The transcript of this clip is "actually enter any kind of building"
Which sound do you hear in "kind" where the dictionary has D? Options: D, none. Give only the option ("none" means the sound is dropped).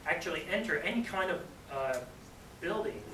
D